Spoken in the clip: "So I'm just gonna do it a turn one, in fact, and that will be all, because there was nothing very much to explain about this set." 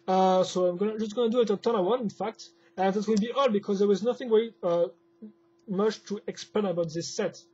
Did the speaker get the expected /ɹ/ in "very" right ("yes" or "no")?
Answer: no